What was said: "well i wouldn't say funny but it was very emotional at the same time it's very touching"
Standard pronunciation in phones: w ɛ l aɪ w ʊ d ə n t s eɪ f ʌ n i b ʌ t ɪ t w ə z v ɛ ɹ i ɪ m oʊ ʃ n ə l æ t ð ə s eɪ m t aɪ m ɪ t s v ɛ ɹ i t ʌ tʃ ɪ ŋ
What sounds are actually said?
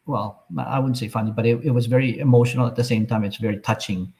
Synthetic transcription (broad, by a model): w ɛ l aɪ w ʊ d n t s eɪ f ʌ n i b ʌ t ɪ t w ə z v ɛ ɹ i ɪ m oʊ ʃ n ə l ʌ t ð ə s eɪ m t aɪ m ɪ t s v ɛ ɹ i t ʌ tʃ ɪ ŋ